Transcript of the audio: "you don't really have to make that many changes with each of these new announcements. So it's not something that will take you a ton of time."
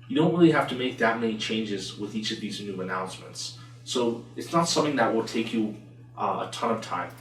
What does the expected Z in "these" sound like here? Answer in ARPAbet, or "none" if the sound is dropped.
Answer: Z